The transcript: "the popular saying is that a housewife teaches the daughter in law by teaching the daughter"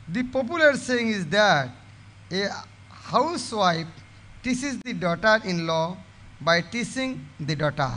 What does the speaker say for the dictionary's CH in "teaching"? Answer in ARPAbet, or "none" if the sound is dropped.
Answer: S